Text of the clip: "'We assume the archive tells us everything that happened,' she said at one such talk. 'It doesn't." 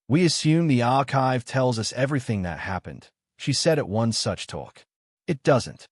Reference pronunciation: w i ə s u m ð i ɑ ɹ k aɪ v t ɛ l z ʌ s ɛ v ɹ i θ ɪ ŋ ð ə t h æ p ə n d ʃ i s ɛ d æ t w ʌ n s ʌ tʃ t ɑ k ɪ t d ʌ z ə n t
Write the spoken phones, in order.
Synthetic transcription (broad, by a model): w i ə s u m ð i ɑ ɹ k aɪ v t ɛ l z ʌ s ɛ v ɹ i θ ɪ ŋ ð ə t h æ p ə n d ʃ i s ɛ d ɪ t w ʌ n s ʌ tʃ t ɑ k ɪ t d ʌ z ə n t